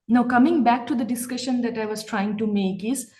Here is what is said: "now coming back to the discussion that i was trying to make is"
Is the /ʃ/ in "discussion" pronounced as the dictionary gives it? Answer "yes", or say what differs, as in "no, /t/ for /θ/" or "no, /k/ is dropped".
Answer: yes